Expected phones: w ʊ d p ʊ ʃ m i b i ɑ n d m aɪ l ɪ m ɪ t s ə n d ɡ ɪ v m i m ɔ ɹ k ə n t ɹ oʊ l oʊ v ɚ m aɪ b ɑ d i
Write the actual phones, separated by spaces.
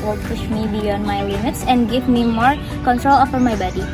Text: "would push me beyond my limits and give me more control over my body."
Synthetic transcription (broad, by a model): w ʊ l p ʊ ʃ m i b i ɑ n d m aɪ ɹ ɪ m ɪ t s ə n d ɡ ɪ v m i m ɔ ɹ k ə n t ɹ oʊ l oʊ f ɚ m aɪ b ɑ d i